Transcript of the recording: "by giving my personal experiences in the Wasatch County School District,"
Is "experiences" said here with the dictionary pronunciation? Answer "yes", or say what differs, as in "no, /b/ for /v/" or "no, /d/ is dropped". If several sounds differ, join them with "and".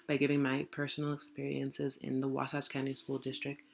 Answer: yes